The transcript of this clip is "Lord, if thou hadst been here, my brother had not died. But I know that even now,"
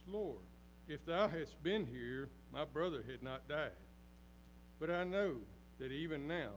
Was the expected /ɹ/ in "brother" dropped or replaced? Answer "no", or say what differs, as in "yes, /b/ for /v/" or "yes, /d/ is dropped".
no